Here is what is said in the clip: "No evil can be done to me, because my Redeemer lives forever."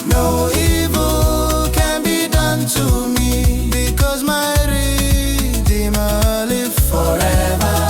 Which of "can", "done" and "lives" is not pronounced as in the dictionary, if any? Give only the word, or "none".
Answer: lives